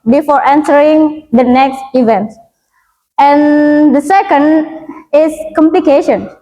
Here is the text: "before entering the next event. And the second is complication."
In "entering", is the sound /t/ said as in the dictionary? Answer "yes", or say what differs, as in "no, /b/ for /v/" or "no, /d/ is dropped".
no, /s/ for /t/